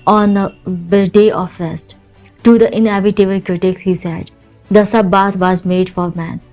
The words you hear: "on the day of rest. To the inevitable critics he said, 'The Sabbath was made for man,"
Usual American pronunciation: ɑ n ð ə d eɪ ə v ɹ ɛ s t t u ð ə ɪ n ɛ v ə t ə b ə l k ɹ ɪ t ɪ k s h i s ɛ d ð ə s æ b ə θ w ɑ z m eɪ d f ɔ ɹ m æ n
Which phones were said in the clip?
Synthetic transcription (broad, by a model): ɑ n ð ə d eɪ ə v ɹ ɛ s t t u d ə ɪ n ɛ b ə t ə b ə l k ɹ ɪ t ɪ k s h i s ɛ d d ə s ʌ b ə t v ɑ z m eɪ d f ɔ ɹ m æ n